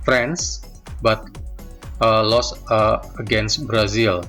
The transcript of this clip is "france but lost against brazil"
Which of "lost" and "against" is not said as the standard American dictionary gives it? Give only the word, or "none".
lost